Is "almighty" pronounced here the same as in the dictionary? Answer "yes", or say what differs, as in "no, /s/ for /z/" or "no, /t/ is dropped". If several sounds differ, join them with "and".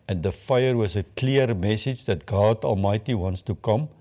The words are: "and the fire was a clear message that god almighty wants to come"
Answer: yes